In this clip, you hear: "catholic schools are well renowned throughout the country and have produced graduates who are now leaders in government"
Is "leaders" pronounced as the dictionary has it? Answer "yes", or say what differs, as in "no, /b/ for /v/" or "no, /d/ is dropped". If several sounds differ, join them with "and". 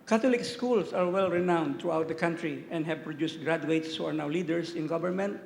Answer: no, /s/ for /z/